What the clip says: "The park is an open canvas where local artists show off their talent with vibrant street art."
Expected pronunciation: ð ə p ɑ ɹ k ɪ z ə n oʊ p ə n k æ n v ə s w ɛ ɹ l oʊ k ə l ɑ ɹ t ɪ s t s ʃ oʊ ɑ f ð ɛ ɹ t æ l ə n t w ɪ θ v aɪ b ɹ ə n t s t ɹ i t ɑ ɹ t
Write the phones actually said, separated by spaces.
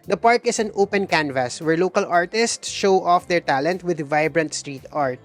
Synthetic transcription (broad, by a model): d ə p ɑ ɹ k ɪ s ə n oʊ p ə n k æ n v ə s w ɛ ɹ l oʊ k ə l ɑ ɹ t ɪ s t s ʃ oʊ ɑ f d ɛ ɹ t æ l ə n t w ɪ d v aɪ b ɹ ə n t s t ɹ i t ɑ ɹ t